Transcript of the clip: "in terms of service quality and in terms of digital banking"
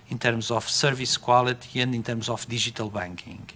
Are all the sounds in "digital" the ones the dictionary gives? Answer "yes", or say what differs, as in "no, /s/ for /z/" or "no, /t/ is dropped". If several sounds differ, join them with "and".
no, /ʒ/ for /dʒ/